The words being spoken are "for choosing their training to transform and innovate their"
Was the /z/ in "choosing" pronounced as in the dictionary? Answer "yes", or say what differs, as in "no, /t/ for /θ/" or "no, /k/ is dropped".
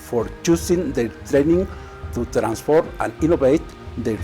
no, /s/ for /z/